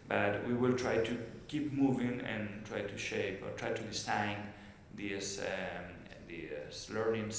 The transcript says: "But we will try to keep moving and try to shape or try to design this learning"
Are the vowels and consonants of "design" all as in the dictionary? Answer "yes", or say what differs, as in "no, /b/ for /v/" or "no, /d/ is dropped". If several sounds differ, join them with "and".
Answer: no, /s/ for /z/